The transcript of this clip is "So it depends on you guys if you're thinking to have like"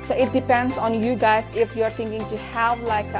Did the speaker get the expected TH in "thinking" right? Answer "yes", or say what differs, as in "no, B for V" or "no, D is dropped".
no, T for TH